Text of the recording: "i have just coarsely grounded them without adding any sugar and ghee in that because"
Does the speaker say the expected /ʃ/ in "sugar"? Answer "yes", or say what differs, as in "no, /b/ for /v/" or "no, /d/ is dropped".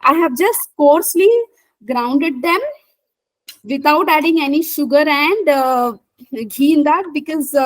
yes